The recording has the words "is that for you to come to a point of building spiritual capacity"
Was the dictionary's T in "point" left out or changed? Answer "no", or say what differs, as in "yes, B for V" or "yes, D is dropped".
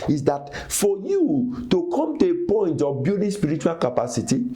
no